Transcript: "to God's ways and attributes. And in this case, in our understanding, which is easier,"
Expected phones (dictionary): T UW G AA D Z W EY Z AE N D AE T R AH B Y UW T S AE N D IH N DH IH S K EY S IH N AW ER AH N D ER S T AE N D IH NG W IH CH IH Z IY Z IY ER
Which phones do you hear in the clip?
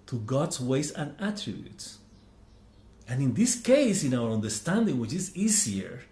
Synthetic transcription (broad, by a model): T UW G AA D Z W EY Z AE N AE T R AH B Y UW T S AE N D IH N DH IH S K EY S IH N AW ER AH N D ER S T AE N D IH NG W IH CH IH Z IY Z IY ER